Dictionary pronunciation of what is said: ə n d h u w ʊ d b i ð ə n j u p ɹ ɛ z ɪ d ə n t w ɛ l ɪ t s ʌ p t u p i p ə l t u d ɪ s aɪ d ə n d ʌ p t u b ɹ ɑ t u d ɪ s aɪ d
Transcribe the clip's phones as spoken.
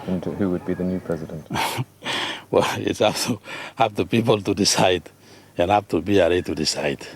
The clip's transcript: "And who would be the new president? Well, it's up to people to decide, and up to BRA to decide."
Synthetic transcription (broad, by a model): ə n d h u w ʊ d b i ð ə n j u p ɹ ɛ z ɪ d ə n t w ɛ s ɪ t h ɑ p t u p i p ə l t u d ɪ s aɪ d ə n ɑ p t u b ɹ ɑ t u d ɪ s aɪ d